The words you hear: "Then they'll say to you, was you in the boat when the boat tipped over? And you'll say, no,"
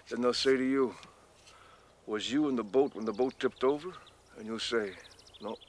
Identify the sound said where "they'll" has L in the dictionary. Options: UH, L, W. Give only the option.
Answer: L